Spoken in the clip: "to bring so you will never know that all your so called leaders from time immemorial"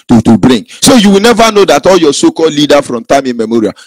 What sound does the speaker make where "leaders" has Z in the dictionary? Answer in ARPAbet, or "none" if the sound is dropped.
none